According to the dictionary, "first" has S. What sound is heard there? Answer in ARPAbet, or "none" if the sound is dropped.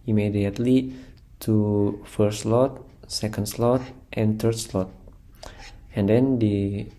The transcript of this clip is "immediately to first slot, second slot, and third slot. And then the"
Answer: none